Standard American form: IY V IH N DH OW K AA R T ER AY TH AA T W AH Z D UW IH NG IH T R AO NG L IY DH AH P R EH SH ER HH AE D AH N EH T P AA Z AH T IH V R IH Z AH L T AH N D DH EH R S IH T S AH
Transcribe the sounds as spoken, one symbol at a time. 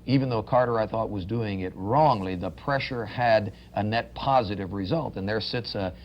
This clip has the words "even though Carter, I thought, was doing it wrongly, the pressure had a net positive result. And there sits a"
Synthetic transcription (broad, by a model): IY V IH N DH OW K AA R T ER AY TH AA T W AH Z D UW IH NG IH T R AO NG L IY DH AH P R EH SH ER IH D AH N EH T P AA Z AH T IH V R IH Z AH L T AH N DH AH R S IH T S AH